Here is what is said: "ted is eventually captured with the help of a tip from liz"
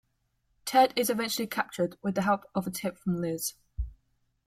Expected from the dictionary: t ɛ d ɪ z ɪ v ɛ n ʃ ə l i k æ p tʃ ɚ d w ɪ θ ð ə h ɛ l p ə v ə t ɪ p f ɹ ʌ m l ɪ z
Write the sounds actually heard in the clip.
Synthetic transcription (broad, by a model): t ɛ d ɪ z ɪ v ɛ n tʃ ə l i k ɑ p tʃ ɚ d w ɪ ð ə h ɛ l p ə v ə t ɪ p f ɹ ʌ m l ɪ z